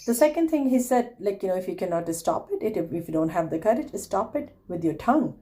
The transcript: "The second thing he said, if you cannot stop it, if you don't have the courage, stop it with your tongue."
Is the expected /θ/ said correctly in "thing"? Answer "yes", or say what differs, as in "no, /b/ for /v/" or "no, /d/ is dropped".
no, /t/ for /θ/